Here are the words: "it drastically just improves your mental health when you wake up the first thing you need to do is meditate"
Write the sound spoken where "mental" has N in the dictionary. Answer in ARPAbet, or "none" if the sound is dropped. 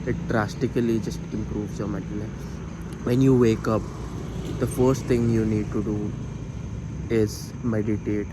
none